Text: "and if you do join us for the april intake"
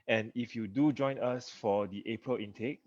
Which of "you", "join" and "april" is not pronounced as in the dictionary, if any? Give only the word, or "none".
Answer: none